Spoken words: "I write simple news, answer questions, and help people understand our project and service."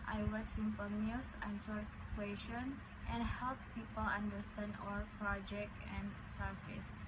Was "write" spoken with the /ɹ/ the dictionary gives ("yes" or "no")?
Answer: no